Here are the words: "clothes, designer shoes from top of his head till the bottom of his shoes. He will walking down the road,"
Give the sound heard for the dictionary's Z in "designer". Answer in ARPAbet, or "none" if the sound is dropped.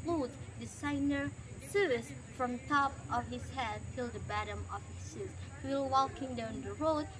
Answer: S